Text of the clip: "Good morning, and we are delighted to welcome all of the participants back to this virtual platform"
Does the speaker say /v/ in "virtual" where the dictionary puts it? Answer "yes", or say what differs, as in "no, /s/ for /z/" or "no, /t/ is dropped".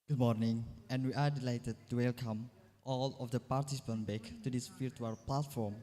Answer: no, /f/ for /v/